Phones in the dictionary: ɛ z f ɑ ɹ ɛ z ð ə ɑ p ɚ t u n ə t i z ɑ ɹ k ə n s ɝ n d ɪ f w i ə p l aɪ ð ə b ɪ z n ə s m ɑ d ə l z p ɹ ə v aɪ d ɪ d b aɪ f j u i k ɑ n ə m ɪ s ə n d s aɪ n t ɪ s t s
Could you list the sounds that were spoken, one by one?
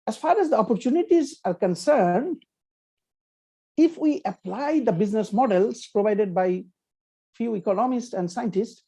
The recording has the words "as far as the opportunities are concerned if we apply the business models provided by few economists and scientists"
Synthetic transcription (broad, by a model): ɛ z f ɑ ɹ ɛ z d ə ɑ p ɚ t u n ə t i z ɑ ɹ k ə n s ɝ n d ɪ f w i ə p l aɪ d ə b ɪ z n ə s m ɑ d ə l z p ɹ ə v aɪ d ɪ d b aɪ f j u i k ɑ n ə m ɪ s ə n d s aɪ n t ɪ s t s